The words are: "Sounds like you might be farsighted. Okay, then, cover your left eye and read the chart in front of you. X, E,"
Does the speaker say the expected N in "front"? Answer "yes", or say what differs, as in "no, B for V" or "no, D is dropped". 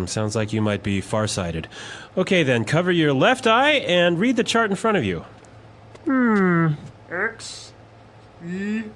no, N is dropped